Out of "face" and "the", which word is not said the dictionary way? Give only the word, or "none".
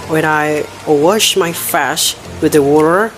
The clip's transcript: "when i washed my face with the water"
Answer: face